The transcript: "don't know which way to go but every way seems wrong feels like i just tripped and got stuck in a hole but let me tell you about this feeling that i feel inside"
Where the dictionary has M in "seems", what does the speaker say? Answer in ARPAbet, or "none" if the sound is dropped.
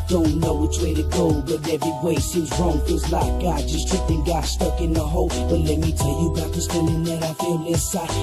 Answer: none